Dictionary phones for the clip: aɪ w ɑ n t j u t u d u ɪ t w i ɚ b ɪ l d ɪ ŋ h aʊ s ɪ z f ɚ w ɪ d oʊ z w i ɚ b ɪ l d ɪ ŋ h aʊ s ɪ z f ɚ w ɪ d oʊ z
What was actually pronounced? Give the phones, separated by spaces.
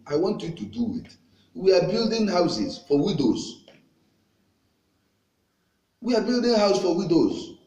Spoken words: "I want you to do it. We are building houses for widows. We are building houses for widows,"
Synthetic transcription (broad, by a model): aɪ w ɑ n t j u t u d u ɪ t w i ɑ b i l d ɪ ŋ h aʊ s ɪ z f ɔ w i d oʊ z w i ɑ b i l d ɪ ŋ h aʊ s f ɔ w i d oʊ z